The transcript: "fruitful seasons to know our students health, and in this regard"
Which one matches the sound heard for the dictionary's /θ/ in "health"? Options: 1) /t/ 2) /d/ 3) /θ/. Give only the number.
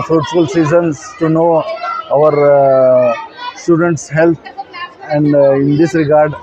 1